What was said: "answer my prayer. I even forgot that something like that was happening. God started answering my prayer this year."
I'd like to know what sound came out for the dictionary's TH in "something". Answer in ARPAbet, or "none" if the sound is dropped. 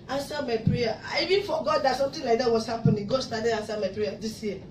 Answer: T